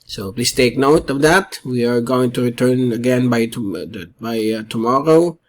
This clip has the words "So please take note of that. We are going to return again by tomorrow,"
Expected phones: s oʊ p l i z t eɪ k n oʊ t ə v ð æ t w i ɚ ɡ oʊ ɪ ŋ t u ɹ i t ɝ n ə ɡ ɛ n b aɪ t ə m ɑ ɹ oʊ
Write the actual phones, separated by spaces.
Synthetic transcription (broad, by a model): s oʊ p l i s t eɪ k n oʊ t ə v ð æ t w i ɚ ɡ oʊ ɪ ŋ t u ɹ i t ɝ n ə ɡ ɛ n b aɪ t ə m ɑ ɹ oʊ